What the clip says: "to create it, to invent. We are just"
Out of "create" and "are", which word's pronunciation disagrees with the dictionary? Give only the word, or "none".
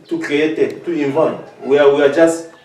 are